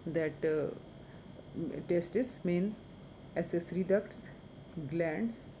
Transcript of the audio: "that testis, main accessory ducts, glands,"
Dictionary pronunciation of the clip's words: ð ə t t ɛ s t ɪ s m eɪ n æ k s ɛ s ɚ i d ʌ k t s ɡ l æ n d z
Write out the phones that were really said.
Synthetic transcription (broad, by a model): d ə t t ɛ s t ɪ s m eɪ n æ s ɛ s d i d ʌ k t s ɡ l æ n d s